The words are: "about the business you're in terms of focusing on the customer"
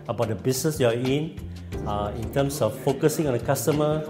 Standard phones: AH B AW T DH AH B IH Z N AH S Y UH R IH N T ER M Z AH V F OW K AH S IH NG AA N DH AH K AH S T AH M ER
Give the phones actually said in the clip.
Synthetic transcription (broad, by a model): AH B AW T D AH B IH S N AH S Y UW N IH N T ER M S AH F F OW K AH S IH NG AA N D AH K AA S T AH M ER